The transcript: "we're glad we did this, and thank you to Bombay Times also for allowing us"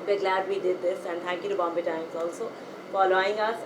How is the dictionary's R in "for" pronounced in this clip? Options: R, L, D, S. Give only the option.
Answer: L